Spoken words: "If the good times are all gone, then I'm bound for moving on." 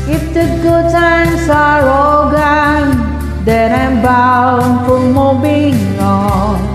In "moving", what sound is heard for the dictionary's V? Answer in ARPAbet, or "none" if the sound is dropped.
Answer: B